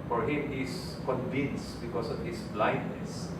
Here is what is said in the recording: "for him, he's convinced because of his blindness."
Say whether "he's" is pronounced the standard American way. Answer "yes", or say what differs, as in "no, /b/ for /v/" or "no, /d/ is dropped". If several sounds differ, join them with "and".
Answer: no, /s/ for /z/